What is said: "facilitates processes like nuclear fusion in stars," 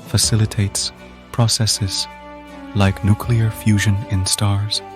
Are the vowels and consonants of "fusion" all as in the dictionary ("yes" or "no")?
yes